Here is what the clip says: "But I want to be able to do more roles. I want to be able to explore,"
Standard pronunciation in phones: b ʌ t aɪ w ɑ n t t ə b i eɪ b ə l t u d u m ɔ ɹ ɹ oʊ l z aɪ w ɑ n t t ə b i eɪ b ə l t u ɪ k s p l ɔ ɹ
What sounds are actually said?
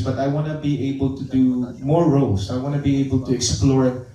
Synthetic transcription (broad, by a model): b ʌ t aɪ w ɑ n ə b i eɪ b ə l t u d u m ɔ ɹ ɹ oʊ l s aɪ w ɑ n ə b i eɪ b ə l t u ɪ k s p l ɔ ɹ